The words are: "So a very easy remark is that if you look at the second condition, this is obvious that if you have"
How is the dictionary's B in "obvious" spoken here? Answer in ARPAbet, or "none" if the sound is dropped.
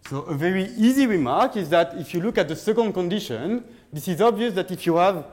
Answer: B